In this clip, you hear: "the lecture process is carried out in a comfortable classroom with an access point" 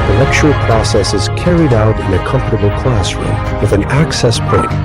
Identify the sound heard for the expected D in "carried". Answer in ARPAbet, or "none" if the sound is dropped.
D